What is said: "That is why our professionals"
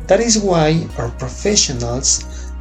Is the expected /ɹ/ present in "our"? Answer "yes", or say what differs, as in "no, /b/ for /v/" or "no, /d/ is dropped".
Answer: yes